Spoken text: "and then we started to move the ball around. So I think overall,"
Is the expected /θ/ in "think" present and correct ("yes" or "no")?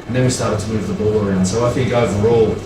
no